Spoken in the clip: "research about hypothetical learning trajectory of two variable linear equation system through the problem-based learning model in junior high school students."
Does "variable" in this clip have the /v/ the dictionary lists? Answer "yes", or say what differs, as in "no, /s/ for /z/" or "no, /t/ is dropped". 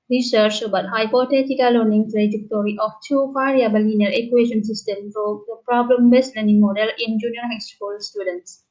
no, /f/ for /v/